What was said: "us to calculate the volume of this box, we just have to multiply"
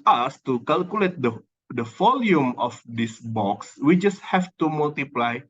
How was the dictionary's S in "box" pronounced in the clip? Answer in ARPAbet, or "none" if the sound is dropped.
S